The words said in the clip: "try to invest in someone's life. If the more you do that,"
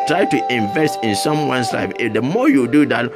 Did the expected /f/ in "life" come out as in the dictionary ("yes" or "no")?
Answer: no